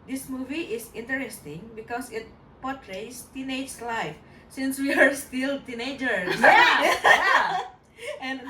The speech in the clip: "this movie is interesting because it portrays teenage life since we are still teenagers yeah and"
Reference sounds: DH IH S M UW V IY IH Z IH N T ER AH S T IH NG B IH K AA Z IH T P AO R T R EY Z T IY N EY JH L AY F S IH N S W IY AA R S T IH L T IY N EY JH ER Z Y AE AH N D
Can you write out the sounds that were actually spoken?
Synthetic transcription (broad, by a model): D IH S M UW V IY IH S IH N T ER AH S T IH NG B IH K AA S IH T P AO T R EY S T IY N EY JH L AY F S IH N S W IY AA R S T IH L T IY N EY JH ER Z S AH N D